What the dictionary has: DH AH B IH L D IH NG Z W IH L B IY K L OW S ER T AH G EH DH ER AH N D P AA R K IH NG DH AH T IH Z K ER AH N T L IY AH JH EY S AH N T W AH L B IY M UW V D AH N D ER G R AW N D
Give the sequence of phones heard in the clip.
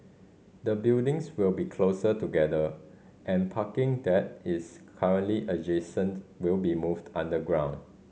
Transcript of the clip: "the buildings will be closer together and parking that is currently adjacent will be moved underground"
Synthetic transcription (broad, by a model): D AH B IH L D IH NG S W IH L B IY K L OW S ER T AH G EH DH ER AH N P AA K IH NG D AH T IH S K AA AH N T L IY AH JH EY S AH N T W AH L B IY M UW V D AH N D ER G R AW N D